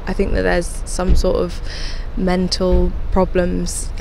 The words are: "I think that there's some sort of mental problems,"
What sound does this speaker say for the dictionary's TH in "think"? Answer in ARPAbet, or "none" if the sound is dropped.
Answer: TH